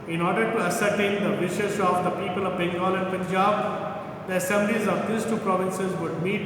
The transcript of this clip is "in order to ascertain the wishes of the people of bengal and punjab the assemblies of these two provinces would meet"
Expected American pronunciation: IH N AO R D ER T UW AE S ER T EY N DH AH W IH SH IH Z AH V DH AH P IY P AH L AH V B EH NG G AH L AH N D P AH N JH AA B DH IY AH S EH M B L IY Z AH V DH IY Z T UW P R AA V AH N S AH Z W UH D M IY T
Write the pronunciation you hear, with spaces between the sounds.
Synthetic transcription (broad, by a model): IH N AO R D ER T UW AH S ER T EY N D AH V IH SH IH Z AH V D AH P IY P AH L AH V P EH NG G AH L AH N D P AH N JH AA B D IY AH S EH M B L IY Z AH V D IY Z T UW P R AA V AH N S AH Z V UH D M IY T